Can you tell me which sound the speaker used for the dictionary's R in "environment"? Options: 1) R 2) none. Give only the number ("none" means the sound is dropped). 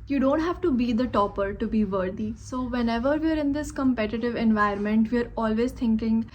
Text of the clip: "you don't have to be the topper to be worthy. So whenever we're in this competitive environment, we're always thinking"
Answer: 2